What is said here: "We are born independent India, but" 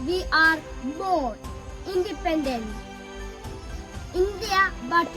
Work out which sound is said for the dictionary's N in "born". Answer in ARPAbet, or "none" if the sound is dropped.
none